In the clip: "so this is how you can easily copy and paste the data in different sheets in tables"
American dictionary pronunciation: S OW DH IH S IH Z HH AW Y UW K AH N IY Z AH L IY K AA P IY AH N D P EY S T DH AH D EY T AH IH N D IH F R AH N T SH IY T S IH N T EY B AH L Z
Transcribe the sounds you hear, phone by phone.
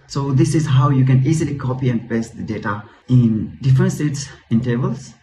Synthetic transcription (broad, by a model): S OW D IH S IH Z HH AW Y UW K AH N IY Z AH L IY K AA P IY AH N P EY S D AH D EY T AH IH N D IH F R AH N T S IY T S IH N T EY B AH L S